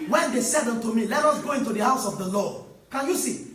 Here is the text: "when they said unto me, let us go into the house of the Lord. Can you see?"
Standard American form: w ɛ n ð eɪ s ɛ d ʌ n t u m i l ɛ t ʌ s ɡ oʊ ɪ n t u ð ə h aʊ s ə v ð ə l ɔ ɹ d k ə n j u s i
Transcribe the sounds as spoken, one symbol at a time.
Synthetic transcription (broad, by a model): w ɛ n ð eɪ s ɛ d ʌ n t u m i l ɛ t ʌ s ɡ oʊ ɪ n t u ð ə h aʊ s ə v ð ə l ɔ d k ə n j u s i